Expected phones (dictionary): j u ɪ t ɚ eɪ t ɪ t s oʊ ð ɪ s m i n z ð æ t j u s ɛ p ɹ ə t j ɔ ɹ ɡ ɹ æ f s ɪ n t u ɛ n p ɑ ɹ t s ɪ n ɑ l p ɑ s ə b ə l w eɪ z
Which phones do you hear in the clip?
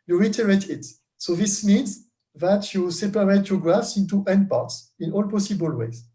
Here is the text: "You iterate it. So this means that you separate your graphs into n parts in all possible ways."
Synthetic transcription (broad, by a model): j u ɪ t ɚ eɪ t ɪ t s oʊ ð ɪ s m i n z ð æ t j u s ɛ p ɹ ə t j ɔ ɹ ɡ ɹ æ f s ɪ n t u ɛ n p ɑ ɹ t s ɪ n ɑ l p ɑ s ə b ə l w eɪ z